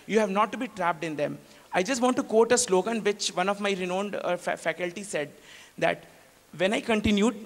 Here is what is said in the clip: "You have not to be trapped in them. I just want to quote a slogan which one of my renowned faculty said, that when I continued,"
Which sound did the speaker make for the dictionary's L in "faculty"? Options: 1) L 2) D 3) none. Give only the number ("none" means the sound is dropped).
1